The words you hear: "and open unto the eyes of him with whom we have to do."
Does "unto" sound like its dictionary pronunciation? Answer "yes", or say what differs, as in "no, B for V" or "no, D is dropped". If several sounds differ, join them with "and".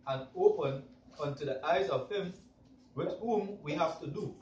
yes